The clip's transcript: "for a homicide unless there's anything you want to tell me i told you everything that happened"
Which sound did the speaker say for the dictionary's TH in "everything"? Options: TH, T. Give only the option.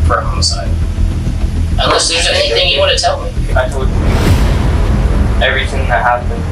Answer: TH